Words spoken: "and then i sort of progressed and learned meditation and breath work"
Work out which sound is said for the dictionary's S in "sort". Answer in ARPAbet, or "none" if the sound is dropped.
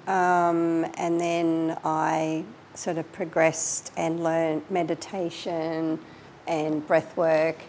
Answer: S